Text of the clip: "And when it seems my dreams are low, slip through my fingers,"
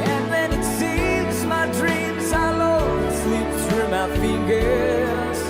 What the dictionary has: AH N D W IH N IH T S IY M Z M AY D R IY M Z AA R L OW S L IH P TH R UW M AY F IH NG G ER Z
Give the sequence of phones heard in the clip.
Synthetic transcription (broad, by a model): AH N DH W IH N IH T S IY M Z M AY D R IY M Z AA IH L OW S L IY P S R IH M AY F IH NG G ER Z